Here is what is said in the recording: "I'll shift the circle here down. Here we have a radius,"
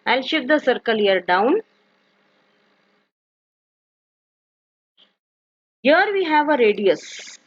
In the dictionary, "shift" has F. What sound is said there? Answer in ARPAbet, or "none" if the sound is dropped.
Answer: none